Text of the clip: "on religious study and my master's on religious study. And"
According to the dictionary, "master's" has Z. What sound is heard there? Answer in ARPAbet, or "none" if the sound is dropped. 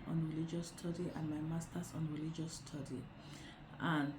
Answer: S